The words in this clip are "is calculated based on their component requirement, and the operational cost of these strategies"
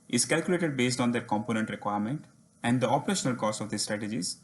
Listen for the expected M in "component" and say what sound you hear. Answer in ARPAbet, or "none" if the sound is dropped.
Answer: M